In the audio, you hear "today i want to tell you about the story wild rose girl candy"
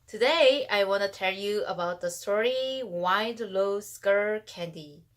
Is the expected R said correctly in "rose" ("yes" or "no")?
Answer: no